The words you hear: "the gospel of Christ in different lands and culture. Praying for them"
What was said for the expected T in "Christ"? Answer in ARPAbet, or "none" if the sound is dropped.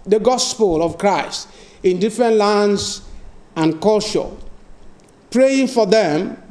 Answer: T